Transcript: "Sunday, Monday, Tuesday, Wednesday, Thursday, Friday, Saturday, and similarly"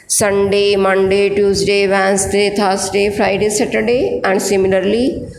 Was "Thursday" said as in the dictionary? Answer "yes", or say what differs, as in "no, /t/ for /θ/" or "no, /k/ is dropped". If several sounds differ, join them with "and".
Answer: no, /t/ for /θ/ and /s/ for /z/